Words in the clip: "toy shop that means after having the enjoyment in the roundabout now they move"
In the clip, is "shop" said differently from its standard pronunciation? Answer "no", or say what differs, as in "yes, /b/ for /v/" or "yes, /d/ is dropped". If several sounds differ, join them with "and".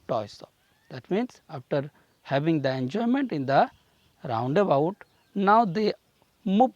yes, /s/ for /ʃ/